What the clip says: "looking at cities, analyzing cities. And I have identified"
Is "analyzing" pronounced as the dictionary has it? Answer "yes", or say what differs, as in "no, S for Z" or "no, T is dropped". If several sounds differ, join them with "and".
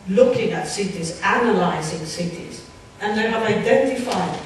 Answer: yes